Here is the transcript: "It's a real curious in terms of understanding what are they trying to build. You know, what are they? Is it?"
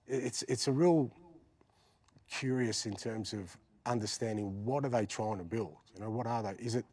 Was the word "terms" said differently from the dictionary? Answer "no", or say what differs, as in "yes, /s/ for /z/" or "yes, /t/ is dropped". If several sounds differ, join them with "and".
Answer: no